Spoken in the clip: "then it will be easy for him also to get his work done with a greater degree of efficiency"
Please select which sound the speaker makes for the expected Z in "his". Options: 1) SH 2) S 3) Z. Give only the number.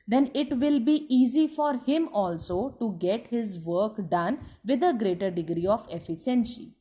3